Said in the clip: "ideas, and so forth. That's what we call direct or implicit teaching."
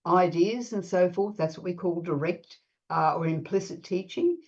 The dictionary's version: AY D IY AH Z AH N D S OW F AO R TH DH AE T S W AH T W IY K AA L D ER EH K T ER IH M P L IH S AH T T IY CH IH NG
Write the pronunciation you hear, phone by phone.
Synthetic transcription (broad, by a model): AY D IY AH Z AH N S OW F AO R TH DH AE T S W AH T W IY K AA L D ER EH K T ER IH M P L IH S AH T T IY CH IH NG